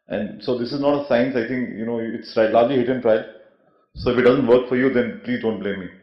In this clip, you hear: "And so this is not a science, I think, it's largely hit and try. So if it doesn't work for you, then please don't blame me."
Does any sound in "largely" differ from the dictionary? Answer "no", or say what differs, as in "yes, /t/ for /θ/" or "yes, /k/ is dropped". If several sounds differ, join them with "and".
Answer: yes, /l/ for /ɹ/